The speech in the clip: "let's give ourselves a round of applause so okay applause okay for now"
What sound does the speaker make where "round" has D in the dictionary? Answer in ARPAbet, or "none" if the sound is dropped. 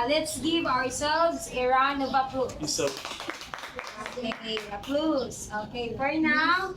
none